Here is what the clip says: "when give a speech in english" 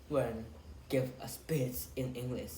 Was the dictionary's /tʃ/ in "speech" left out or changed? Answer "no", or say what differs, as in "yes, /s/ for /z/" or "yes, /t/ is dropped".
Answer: yes, /s/ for /tʃ/